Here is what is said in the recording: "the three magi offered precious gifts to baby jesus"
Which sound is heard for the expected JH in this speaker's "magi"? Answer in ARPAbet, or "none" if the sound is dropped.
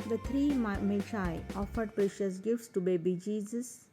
SH